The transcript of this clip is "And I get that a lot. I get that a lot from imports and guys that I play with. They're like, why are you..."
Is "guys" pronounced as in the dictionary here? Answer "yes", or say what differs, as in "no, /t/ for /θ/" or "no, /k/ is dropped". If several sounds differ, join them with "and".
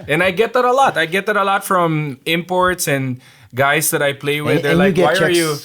no, /s/ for /z/